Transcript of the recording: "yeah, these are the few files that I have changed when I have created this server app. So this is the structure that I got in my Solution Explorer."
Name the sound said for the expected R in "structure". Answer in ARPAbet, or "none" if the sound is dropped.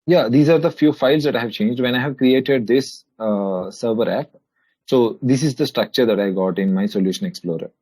R